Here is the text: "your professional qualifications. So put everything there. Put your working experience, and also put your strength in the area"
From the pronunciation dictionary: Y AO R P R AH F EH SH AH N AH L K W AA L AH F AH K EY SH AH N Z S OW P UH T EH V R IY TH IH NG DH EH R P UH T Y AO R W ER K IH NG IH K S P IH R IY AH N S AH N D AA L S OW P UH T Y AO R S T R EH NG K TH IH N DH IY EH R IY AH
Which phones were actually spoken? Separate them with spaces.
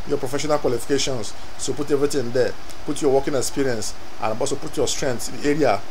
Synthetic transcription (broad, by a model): Y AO P R AH F EH SH AH N AH L K W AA L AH F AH K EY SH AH N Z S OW P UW T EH V R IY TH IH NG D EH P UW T Y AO W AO K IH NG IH K S P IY R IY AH N S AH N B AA S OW P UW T Y AO S T R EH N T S IH N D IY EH R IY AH